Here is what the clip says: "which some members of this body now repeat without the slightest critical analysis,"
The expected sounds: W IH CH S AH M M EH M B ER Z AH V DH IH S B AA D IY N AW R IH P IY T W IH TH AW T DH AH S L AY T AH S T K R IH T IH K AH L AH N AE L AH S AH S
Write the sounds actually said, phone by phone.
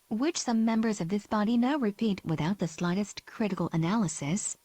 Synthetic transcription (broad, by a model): W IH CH S AH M M EH M B ER Z AH V DH IH S B AA D IY N AW R IH P IY T W IH TH AW T DH AH S L AY T AH S T K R IH T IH K L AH N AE L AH S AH S